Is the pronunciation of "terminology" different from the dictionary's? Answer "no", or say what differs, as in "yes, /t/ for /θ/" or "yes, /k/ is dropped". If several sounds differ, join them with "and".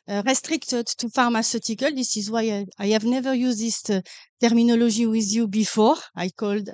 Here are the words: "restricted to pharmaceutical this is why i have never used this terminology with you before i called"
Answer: yes, /ʒ/ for /dʒ/